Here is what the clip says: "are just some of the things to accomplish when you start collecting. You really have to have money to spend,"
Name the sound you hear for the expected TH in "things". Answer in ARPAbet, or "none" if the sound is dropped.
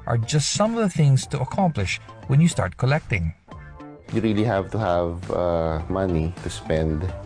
TH